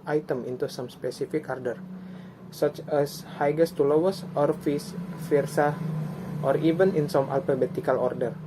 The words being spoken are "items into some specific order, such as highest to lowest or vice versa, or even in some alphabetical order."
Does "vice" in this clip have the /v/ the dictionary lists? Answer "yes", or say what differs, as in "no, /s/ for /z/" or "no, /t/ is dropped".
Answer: no, /f/ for /v/